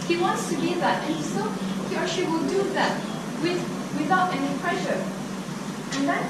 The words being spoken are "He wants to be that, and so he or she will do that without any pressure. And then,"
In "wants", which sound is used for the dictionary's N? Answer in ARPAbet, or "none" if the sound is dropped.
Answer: N